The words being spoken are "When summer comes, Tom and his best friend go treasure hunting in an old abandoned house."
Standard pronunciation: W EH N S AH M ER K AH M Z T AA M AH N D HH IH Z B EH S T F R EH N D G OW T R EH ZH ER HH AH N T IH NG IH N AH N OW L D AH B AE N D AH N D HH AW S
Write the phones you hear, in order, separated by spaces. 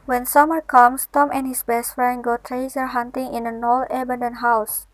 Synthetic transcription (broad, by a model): W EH N S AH M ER K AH M S T AA M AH N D HH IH S B EH S T F R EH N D G OW T R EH S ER HH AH N T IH NG IH N AH N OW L AH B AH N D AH N HH AW S